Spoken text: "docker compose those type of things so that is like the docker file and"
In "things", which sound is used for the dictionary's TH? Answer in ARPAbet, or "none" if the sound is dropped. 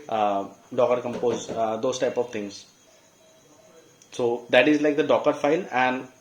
T